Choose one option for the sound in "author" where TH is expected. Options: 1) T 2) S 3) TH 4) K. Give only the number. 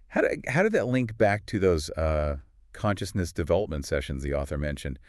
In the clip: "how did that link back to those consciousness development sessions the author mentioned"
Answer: 3